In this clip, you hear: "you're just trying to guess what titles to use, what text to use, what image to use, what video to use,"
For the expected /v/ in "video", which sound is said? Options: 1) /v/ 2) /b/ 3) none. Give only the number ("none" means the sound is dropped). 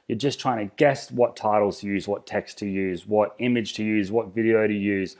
1